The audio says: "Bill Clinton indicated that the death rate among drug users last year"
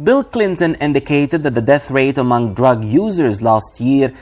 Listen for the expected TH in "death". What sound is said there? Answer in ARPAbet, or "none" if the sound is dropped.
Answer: TH